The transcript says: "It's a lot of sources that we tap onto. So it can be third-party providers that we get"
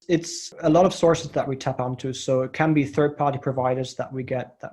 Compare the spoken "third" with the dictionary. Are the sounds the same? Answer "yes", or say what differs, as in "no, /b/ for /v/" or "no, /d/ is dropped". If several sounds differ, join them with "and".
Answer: yes